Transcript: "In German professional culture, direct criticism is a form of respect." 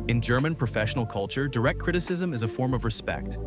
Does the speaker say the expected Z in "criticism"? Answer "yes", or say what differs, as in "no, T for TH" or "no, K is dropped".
yes